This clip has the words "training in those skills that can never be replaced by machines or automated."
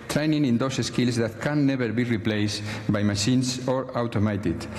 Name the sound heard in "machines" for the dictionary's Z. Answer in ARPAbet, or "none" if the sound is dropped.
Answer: S